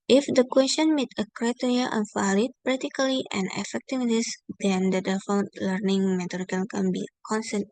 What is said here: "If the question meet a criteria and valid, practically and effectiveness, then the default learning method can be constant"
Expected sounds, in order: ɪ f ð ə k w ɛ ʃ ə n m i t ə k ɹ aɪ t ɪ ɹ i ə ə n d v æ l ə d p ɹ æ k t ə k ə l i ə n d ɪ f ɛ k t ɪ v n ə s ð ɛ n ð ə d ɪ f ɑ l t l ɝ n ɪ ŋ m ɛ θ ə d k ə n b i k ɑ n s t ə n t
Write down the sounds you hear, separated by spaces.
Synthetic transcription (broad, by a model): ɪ f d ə k w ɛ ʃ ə n m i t ə k ɹ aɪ t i ɹ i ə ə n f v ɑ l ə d p ɹ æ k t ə k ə l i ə n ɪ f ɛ k t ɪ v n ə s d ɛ n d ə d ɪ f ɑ n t l ɝ n ɪ ŋ m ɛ t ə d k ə n b i k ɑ n s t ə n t